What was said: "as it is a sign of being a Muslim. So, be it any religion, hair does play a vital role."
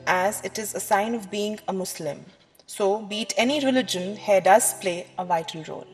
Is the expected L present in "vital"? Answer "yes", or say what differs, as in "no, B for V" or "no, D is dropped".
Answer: no, N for L